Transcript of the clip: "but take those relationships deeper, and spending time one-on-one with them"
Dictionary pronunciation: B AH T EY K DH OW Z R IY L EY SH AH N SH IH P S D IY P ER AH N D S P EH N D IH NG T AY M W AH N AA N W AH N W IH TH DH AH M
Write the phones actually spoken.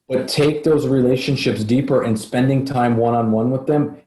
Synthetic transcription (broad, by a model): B AH T EY K DH OW Z R IY L EY SH AH N SH IH P S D IY P ER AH N S P EH N D IH NG T AY M W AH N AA N W AH N W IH DH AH M